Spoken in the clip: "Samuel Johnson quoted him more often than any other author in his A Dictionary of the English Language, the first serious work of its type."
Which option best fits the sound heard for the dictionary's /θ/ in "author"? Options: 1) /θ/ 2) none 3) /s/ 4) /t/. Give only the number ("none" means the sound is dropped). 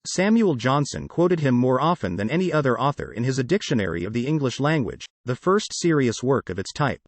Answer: 1